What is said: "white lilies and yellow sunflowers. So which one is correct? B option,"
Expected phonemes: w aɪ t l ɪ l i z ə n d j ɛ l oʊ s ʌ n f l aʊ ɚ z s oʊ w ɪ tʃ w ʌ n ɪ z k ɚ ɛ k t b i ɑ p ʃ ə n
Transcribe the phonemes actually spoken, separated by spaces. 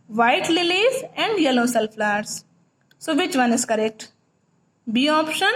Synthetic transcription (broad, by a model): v aɪ t l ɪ l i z ə n d j ɛ l oʊ s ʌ l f l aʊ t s s oʊ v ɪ tʃ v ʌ n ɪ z k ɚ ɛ k t b i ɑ p ʃ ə n